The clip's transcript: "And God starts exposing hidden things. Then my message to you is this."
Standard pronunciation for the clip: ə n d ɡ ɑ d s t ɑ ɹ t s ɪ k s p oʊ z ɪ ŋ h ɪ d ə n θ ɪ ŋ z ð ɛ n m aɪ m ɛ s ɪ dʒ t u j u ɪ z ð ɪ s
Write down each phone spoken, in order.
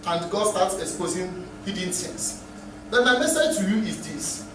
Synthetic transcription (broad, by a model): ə n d ɡ ɑ d s t ɑ t s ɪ k s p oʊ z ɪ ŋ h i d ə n s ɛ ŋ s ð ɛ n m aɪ m ɛ s ɪ dʒ t u j u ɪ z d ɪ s